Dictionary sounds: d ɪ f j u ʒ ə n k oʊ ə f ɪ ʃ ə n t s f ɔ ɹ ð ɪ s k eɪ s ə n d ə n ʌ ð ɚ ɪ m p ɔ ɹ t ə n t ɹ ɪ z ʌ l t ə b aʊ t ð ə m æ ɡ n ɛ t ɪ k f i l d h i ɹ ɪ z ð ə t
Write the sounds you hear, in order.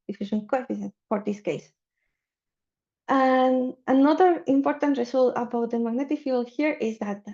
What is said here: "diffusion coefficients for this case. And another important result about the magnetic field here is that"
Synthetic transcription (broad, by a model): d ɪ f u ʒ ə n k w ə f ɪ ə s f ɔ ɹ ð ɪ s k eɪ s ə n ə n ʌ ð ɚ ɪ m p ɔ ɹ t ə n t ɹ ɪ s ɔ l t ə b aʊ t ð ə m æ ɡ n ɛ t ɪ k f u l h i ɹ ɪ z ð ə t